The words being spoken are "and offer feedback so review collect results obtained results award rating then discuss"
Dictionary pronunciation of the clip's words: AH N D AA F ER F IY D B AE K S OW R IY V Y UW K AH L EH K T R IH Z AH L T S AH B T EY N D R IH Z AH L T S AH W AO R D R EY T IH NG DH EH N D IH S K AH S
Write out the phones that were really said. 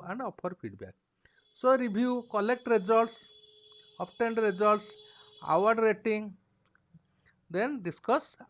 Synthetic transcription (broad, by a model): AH N D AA P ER P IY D B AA K S OW R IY B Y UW K AH L EH K T R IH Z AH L T S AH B T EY N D R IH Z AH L T S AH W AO R D R EY T IH NG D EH N D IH S K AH S